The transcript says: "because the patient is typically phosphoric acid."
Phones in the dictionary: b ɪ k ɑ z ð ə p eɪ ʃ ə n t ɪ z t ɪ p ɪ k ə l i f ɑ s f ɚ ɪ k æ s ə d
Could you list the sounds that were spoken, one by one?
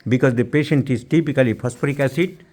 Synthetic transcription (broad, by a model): b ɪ k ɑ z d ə p eɪ ʃ ə n t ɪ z t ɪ p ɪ k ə l i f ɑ s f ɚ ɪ k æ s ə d